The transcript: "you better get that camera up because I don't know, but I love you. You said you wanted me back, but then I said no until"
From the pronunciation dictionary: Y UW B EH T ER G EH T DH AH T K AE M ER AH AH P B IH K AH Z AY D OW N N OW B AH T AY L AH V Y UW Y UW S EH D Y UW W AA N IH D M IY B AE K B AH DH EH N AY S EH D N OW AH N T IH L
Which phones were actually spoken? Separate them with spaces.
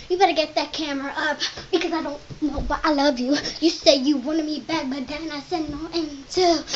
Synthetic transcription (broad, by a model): Y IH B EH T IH G EH T DH AH T K AE M ER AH AH P B IH K AH Z AY D OW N N OW B AH T AY L AH V Y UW Y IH S EH D Y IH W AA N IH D M IY B AE K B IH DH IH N AY S EH D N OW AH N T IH